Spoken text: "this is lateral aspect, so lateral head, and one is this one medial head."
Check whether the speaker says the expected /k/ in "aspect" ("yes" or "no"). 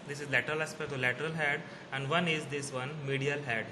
no